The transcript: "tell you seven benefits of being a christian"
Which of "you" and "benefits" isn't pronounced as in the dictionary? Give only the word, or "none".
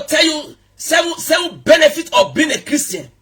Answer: benefits